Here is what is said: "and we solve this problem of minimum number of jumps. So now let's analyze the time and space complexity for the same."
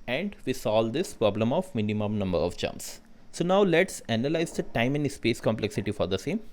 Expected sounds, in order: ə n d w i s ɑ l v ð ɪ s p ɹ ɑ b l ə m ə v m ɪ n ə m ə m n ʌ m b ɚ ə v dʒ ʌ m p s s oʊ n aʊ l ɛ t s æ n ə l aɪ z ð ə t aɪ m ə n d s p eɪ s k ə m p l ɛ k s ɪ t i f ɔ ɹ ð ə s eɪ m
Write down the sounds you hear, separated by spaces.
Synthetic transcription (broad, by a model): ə n d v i s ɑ l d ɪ s p ɹ ɑ b l ə m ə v m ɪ n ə m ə m n ʌ m b ɚ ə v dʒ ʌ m s s oʊ n aʊ l ɛ t s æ n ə l aɪ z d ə t aɪ m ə n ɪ s p eɪ s k ə m p l ɛ k s ɪ t i f ɔ ɹ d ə s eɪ m